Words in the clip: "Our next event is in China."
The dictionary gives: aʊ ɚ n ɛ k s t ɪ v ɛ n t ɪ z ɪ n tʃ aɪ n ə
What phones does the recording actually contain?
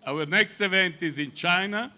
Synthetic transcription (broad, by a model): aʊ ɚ n ɛ k s t ɪ v ɛ n t ɪ z ɪ n tʃ aɪ n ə